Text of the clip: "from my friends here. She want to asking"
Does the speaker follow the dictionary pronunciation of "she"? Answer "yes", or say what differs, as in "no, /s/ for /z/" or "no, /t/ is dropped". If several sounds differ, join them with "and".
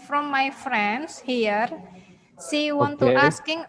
no, /s/ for /ʃ/